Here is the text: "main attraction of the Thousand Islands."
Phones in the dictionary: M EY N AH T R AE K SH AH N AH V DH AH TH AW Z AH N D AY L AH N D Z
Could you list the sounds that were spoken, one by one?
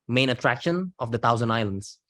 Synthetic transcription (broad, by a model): M EY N AH T R AE K SH AH N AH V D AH T AW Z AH N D AY L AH N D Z